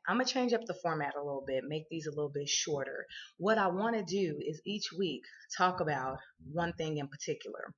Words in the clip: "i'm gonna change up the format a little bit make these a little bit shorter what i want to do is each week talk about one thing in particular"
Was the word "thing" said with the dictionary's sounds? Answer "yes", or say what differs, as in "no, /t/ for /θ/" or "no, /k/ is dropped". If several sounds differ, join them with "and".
yes